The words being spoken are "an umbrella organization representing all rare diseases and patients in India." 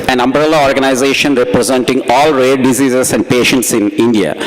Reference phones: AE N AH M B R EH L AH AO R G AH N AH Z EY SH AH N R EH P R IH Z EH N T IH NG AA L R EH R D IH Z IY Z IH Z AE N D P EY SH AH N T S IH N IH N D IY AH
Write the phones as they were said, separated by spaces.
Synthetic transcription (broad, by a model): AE N AH M B R EH L AH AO R G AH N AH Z EY SH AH N R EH P R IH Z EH N T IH NG AA L R EH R D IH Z IY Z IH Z AE N D P EY SH AH N T S IH N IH N D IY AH